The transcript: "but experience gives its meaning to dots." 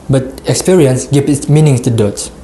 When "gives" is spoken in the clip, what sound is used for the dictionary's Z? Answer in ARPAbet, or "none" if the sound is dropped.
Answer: none